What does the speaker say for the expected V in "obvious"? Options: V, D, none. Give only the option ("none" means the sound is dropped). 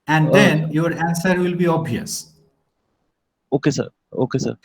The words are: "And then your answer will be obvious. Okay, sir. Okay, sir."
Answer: none